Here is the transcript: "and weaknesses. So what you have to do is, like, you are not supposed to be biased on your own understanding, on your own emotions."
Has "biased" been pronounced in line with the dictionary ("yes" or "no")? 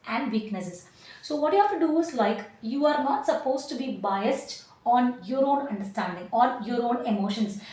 yes